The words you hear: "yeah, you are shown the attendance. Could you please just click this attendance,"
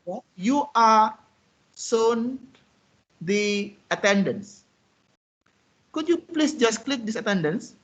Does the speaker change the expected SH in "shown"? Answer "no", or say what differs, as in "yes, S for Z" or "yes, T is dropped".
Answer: yes, S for SH